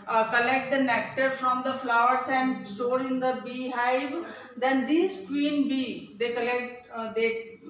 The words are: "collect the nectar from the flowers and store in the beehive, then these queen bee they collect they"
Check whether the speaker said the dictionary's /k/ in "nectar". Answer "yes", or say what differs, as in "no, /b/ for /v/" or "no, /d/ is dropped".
yes